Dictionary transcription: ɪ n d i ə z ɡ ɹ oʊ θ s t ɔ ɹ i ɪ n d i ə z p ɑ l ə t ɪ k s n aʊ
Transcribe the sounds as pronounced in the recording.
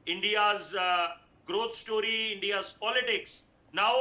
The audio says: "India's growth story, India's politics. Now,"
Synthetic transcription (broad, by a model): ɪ n d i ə z ɡ ɹ oʊ t s t ɔ ɹ i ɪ n d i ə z p ɑ l ə t ɪ k s n aʊ